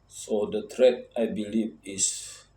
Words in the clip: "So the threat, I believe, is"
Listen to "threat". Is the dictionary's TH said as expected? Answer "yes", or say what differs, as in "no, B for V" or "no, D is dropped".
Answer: no, T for TH